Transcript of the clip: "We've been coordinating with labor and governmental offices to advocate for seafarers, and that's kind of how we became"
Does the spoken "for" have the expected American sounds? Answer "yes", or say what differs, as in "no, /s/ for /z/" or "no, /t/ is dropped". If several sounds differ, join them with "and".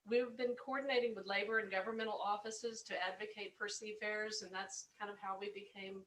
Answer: no, /p/ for /f/